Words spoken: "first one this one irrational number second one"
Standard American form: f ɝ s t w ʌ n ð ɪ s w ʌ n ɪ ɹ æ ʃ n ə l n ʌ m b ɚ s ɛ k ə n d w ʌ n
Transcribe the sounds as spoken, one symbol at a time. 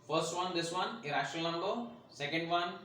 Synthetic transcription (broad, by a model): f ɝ s t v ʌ n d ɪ s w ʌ n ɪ ɹ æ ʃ ə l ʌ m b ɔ s ɛ k ə n d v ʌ n